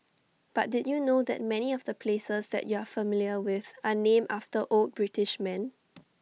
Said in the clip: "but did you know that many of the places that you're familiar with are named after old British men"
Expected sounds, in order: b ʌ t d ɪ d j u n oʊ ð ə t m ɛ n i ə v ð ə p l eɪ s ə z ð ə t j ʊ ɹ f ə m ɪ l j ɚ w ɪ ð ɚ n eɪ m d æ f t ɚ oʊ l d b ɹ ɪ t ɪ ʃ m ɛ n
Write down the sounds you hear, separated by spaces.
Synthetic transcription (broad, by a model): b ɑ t d ɪ d j u n oʊ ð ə t m ɛ n i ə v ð ə p l eɪ s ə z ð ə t j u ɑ f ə m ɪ l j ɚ w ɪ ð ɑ n eɪ m ɑ f t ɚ oʊ l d b ɹ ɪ t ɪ ʃ m ɛ n